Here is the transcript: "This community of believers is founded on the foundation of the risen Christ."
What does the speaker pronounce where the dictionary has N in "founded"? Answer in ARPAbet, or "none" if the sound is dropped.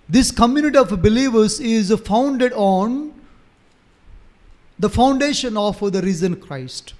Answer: N